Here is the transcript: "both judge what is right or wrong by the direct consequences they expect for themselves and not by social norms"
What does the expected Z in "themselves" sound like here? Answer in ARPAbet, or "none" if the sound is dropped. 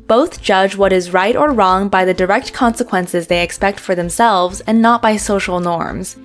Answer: Z